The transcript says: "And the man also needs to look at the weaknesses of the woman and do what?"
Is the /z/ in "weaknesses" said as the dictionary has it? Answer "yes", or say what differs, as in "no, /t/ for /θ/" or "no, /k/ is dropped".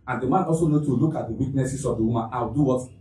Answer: no, /s/ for /z/